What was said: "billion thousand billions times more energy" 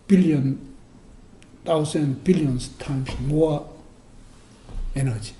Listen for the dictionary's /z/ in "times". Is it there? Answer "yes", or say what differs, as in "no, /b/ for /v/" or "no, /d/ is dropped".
no, /s/ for /z/